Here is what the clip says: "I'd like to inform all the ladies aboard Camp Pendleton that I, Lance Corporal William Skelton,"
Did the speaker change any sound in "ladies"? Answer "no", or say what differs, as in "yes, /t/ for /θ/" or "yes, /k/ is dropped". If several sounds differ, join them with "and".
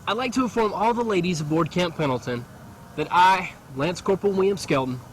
no